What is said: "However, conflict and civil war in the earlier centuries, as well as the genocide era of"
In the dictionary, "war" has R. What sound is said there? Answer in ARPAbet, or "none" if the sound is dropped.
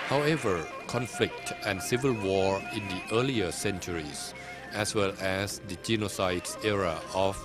R